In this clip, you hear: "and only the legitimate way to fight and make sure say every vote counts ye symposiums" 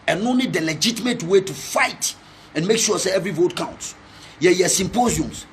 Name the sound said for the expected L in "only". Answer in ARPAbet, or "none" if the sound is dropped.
none